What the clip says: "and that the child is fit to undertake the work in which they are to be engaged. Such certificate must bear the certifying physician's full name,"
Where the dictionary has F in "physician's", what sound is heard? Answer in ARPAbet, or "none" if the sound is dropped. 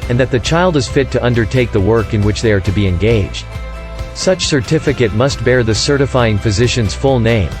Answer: F